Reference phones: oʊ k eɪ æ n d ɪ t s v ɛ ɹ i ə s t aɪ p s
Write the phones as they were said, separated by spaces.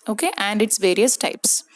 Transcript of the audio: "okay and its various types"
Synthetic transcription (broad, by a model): oʊ k eɪ æ n d ɪ t s v ɛ ɹ i ə s t aɪ p s